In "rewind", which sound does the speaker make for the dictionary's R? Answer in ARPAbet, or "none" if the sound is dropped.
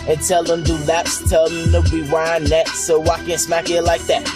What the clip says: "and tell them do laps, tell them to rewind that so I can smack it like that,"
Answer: W